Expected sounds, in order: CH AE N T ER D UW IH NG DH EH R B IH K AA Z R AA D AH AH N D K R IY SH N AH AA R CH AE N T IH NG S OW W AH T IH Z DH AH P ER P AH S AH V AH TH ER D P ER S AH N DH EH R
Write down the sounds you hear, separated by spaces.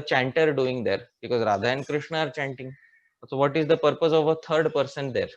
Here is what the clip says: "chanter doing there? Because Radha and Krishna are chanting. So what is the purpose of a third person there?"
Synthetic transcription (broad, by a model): CH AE N T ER D UW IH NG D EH R B IH K AA Z R AA D AH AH N K R IY SH N AH AA R CH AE N T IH NG S OW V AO T IH Z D AH P ER P AH S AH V AH T ER D P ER S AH N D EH R